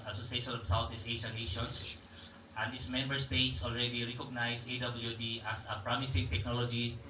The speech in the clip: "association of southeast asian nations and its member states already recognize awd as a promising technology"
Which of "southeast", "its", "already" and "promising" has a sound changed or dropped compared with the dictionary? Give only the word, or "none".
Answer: southeast